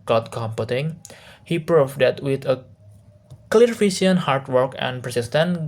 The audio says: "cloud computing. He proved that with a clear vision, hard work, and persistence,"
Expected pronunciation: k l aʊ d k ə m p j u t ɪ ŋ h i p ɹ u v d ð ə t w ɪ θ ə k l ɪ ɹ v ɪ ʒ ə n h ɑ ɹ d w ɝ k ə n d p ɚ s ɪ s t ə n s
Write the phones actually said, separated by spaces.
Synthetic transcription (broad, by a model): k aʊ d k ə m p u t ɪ ŋ h i p ɹ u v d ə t w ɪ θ ə k l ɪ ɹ f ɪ s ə n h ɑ ɹ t w ɝ k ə n p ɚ s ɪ s t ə n